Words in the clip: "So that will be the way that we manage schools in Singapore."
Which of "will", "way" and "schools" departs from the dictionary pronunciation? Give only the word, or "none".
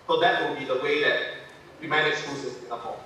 schools